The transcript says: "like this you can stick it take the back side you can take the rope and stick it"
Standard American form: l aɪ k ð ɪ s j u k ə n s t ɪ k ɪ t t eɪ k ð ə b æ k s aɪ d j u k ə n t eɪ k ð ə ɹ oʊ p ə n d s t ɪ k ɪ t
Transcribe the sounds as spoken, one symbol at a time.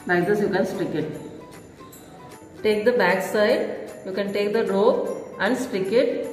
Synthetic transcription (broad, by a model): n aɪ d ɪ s j u k ə n s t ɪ k ɪ t t eɪ k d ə b æ k s aɪ d j u k ə n t eɪ k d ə ɹ oʊ ə n d s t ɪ k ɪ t